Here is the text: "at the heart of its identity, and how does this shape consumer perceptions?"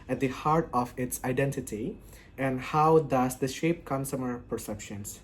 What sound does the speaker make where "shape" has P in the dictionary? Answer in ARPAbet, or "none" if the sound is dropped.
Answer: P